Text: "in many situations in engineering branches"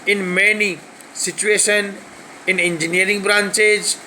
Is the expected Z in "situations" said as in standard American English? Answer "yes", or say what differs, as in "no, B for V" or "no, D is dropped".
no, Z is dropped